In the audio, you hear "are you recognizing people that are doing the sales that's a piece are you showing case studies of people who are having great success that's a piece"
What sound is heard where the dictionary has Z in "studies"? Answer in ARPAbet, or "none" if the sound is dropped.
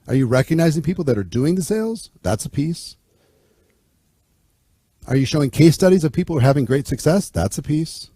Z